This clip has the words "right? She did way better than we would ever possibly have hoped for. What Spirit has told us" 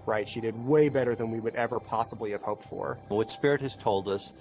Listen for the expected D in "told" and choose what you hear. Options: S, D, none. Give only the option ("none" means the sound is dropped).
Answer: D